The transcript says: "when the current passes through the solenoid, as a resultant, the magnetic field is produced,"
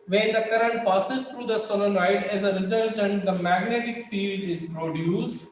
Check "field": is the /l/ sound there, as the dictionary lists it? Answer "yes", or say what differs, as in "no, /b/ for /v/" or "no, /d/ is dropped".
yes